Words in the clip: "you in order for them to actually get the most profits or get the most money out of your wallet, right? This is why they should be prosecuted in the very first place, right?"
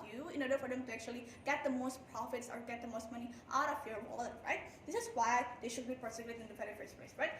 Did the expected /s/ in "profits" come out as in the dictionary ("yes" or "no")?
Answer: yes